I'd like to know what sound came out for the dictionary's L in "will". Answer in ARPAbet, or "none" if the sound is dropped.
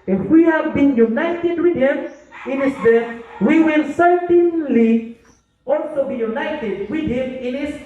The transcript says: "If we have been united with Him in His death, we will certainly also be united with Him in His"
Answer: L